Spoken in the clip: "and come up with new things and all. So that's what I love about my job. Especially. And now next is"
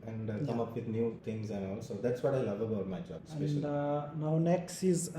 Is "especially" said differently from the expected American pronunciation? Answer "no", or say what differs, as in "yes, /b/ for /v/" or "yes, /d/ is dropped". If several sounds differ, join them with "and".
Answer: yes, /p/ is dropped